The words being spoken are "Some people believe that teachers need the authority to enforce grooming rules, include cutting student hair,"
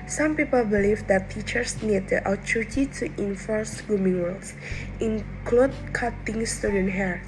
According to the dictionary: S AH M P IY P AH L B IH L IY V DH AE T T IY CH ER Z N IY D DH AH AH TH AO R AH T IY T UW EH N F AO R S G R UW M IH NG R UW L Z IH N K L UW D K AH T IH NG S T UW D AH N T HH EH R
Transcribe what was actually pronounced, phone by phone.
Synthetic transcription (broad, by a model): S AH M P IY P AH L B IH L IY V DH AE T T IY CH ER S N IY D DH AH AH T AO R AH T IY T UW EH N F AO R S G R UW M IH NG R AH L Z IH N K L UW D K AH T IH NG S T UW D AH N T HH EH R